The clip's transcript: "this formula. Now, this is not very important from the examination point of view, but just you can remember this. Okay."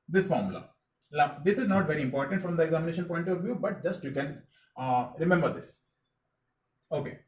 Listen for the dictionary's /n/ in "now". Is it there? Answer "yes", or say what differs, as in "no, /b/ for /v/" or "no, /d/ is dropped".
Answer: no, /l/ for /n/